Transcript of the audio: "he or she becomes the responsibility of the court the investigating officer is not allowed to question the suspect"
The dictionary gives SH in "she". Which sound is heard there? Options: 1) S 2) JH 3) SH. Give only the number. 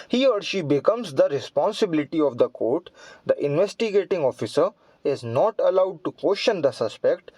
3